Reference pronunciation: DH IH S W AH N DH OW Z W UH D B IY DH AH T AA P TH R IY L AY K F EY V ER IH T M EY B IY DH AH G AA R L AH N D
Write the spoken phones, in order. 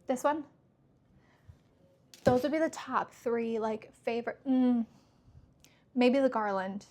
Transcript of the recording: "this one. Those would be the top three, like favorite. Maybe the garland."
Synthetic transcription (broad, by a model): DH IH S W AH N DH OW Z W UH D B IY DH AH T AA P TH R IY L AY K F EY V ER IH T M EY B IY DH AH G AA R L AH N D